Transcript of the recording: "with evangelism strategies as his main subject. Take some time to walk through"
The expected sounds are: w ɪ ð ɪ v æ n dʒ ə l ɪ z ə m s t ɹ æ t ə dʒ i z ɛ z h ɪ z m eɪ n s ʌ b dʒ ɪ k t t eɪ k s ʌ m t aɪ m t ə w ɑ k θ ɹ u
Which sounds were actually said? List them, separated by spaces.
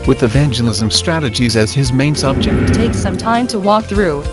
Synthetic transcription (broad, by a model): w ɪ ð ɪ v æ n dʒ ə l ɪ z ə m s t ɹ æ t ə dʒ i z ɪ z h ɪ z m eɪ n s ʌ b dʒ ɪ k t t eɪ k s ʌ m t aɪ m t ə w ɑ k θ ɹ u